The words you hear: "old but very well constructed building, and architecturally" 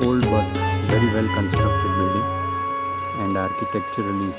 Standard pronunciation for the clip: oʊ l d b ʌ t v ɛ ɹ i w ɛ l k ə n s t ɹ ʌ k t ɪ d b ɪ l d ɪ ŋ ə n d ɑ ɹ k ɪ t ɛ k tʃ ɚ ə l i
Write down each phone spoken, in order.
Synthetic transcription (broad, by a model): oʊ l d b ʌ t v ɛ ɹ i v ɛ l k ə n s t ɹ ʌ k t ɪ d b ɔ d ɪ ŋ ə n d ɑ ɹ k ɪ t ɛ k tʃ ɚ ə l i